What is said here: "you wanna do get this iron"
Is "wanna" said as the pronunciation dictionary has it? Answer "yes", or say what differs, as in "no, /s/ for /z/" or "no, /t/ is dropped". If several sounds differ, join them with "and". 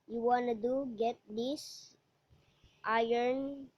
yes